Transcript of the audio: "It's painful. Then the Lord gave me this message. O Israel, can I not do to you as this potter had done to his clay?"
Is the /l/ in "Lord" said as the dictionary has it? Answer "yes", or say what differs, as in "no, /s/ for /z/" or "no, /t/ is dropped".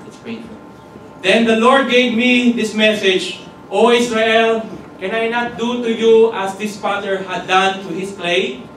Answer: yes